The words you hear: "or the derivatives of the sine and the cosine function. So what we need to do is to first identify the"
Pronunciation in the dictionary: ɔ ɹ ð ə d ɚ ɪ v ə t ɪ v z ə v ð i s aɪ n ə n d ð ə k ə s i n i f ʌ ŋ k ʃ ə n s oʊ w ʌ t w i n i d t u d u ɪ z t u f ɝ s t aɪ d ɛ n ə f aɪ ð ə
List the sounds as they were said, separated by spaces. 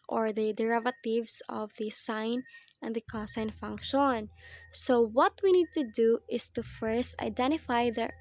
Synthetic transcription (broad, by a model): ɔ ɹ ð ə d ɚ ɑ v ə t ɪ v s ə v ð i s aɪ n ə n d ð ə k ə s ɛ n f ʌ ŋ k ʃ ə n s oʊ w ʌ t w i n i d t u d u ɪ s t u f ɝ s t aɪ d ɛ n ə f aɪ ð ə